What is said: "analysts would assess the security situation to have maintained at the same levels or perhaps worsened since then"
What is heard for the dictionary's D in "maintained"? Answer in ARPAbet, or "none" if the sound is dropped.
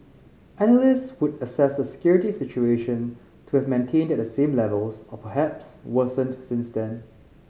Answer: D